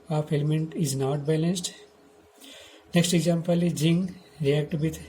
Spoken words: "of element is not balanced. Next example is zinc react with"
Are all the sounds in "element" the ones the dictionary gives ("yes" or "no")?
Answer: yes